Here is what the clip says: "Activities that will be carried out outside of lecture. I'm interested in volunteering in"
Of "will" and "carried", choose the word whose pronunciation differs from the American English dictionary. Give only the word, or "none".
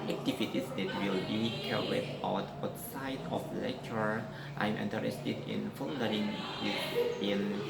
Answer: carried